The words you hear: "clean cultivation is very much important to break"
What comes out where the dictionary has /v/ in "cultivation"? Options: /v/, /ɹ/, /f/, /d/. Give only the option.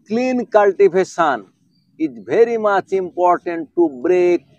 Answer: /f/